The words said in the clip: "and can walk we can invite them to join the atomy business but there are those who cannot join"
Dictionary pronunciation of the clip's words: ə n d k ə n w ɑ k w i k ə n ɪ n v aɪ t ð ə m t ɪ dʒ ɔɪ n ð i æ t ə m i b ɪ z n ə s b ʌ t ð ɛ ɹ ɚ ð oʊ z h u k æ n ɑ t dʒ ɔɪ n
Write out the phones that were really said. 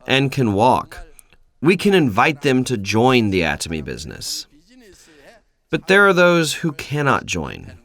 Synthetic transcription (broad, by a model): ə n k ə n w ɑ k w i k ə n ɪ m v aɪ t ð ə m t ɪ dʒ ɔɪ n ð i æ t ə m i b ɪ z n ə s b ʌ t ð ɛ ɹ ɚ ð oʊ z h u k æ n ɑ t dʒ ɔɪ n